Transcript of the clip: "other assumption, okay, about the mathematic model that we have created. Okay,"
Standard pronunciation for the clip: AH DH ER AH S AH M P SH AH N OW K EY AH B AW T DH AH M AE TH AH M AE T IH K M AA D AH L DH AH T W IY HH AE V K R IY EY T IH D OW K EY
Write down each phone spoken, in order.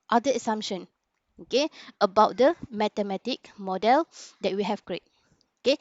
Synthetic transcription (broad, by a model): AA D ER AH S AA M SH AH N OW K EY AH B AW T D AH M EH T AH M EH T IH K M AA D AH L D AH T W IY HH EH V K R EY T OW K EY